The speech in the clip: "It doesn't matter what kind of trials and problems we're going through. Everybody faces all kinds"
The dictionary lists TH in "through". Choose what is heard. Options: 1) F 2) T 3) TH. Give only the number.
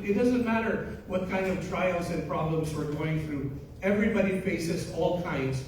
3